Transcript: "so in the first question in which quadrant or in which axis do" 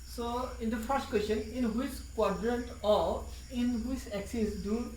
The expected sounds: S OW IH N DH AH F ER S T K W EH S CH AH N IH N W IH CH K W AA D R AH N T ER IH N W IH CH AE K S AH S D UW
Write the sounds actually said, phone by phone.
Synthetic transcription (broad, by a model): S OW IH N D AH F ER S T K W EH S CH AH N IH N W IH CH K W AA D R AH N T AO IH N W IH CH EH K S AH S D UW